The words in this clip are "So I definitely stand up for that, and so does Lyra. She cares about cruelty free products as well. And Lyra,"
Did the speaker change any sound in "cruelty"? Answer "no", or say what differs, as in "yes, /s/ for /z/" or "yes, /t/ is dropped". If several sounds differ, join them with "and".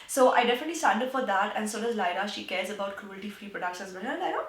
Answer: no